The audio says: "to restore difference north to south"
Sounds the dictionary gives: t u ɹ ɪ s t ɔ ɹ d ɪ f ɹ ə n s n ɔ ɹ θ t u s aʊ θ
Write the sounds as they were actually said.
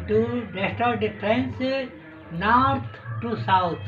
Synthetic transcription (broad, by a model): t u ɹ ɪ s t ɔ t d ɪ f ɹ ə n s n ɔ ɹ t t u s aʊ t